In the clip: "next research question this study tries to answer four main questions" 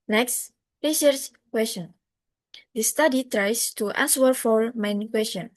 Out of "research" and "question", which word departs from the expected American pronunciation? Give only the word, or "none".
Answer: research